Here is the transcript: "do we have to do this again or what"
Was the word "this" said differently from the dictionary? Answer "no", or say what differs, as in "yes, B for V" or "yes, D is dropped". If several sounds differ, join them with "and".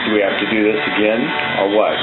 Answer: no